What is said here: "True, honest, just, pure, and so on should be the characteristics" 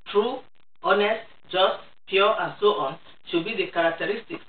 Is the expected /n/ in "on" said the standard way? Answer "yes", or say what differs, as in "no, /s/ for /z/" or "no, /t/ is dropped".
yes